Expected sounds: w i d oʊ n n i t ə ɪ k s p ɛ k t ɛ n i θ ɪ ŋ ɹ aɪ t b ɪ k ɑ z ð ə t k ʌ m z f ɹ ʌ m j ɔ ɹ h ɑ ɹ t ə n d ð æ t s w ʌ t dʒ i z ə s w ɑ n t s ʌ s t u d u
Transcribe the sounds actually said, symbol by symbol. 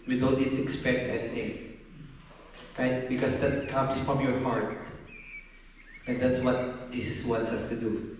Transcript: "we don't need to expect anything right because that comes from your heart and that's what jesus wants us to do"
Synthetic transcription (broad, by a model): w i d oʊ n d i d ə ɪ k s p ɛ k t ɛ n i t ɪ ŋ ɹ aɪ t b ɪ k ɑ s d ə t k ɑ m s f ɹ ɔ m j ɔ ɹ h ɑ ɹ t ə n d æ t s w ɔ t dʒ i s w ɑ n t s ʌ s t u d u